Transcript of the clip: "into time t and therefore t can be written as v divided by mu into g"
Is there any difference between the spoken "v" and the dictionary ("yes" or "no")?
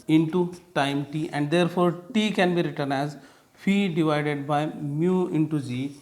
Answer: yes